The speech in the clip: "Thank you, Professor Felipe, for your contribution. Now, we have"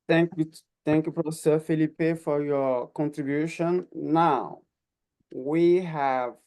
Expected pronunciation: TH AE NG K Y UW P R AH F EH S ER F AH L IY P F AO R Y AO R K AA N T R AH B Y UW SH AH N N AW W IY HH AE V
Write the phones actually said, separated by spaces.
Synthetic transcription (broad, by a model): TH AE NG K Y UW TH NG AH P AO S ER F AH L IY P F AO R Y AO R K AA N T R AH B Y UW SH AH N N AW W IY HH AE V